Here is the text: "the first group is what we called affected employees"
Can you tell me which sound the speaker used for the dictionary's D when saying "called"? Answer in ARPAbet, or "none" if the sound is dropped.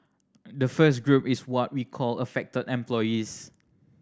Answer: none